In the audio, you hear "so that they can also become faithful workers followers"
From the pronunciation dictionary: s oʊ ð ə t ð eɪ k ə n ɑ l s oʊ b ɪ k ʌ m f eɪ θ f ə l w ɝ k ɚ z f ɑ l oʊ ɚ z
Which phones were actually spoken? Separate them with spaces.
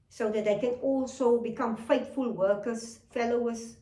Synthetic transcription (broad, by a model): s oʊ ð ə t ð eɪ k ə n ɑ l s oʊ b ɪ k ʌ m f eɪ t f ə l w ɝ k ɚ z f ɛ l oʊ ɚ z